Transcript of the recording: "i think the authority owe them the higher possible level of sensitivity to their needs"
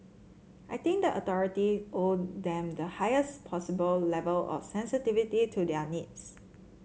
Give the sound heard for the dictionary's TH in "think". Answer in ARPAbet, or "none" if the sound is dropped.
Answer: T